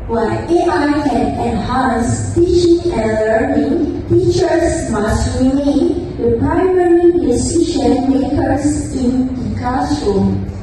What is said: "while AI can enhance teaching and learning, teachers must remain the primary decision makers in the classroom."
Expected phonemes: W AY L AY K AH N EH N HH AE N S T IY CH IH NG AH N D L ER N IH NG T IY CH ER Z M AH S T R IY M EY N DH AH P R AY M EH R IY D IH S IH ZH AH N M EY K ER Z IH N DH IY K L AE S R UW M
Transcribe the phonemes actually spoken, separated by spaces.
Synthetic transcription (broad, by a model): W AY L AY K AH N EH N HH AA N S T IY CH IH NG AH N L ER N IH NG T IY CH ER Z M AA S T R IY M EY N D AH P R AY M EH R IY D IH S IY SH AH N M EY K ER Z IH N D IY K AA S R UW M